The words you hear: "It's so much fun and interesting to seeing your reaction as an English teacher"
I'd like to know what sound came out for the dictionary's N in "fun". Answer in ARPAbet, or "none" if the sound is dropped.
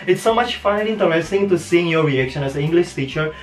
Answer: none